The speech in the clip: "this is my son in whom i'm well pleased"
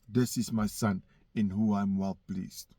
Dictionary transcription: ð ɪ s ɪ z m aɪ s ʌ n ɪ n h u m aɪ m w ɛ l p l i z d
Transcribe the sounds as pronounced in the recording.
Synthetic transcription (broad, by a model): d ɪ s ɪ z m aɪ s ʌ n ɪ n h u aɪ m w ɛ l p l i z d